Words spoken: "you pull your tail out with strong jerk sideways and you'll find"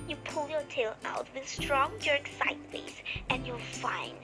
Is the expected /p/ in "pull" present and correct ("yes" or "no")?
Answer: yes